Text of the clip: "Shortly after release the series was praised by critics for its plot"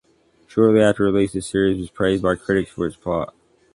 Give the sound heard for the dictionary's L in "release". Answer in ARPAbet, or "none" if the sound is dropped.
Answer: L